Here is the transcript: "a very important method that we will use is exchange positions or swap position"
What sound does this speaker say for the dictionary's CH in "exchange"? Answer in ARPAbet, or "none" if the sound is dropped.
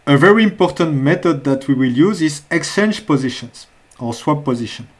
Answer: none